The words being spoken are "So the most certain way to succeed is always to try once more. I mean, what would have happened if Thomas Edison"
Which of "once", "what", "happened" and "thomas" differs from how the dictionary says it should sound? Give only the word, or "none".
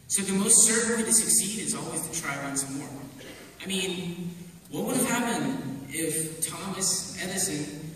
happened